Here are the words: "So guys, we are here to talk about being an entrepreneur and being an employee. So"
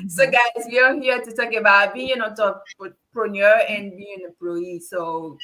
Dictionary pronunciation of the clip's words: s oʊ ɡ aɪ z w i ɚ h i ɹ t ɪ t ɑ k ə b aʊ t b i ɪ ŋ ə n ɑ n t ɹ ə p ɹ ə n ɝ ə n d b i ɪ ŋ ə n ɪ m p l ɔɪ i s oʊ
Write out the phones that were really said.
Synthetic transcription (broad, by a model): s oʊ ɡ aɪ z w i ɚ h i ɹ t ɪ t ɑ k ə b aʊ t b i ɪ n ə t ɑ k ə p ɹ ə n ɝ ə n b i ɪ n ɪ p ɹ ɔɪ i s oʊ